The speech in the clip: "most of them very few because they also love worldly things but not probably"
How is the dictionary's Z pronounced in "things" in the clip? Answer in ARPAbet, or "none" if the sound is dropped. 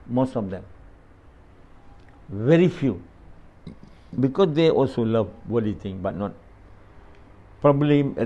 none